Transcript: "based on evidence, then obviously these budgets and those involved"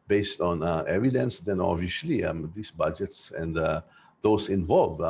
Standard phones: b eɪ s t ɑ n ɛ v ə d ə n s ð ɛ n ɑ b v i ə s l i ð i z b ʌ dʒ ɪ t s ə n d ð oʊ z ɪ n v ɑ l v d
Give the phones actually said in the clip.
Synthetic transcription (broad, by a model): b eɪ s t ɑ n ɛ v ə d ə n s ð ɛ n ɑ v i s l i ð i s b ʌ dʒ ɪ t s ə n d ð oʊ s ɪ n v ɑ l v